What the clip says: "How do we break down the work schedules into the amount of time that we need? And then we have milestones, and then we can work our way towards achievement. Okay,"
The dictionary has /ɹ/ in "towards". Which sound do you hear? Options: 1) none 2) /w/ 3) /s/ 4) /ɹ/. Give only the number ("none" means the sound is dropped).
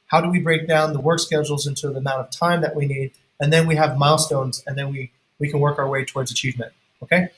4